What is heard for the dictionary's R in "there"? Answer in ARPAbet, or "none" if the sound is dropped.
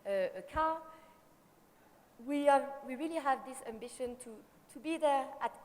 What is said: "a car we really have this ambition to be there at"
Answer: R